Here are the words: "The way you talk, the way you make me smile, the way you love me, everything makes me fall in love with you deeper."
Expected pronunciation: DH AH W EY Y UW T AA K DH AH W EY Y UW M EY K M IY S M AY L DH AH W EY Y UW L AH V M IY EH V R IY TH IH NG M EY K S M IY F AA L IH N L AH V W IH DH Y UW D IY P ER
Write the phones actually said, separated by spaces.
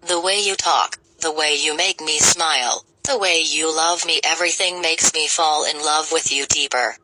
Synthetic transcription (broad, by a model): DH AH W EY Y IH T AA K DH AH W EY Y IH M EY K M IY S M AY L DH AH W EY Y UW L AH V M IY EH V R IY TH IH NG M EY K S M IY F AA L IH N L AH V W IH DH Y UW D IY P ER